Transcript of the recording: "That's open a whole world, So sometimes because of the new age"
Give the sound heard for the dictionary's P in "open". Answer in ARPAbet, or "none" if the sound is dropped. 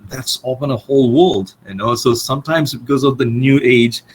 F